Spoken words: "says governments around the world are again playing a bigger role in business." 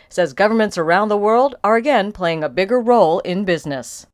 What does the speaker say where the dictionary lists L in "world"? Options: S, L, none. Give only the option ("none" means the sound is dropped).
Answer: L